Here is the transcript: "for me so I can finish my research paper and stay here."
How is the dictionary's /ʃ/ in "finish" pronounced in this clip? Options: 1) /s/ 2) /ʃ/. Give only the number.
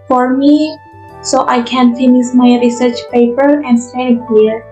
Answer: 1